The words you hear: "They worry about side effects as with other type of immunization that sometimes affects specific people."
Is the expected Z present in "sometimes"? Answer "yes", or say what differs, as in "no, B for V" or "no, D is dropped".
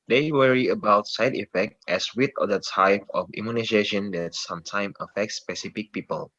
no, Z is dropped